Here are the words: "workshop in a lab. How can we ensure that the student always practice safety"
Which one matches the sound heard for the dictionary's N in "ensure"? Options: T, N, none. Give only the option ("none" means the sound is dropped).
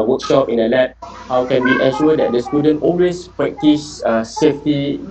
none